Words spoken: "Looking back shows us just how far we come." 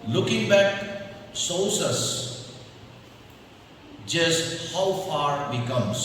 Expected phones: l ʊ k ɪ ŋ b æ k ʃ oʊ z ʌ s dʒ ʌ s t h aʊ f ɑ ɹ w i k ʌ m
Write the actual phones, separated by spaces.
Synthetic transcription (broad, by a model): l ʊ k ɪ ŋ b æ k s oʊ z ʌ s dʒ ʌ s t h aʊ f ɑ ɹ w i k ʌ m